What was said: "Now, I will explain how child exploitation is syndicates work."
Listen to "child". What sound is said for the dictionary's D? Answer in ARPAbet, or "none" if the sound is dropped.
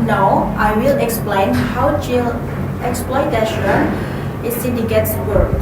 none